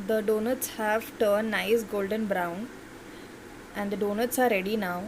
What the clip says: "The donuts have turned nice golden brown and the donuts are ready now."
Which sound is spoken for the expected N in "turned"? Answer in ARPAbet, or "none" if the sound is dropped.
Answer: none